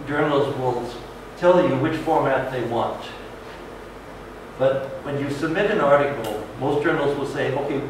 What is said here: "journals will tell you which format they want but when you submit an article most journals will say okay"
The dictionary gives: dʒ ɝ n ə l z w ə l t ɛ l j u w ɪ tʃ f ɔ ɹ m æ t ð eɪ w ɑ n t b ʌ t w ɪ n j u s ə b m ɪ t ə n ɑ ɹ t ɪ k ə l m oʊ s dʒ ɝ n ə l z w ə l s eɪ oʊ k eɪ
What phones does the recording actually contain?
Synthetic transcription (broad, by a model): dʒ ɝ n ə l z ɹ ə l t ɛ l j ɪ w ɪ tʃ f ɔ ɹ m æ t ð eɪ w ɑ n t b ʌ t w ɪ n j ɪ s ə b m ɪ t ə n ɑ ɹ t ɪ k l m oʊ s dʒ ɝ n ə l z w ə l s eɪ oʊ k eɪ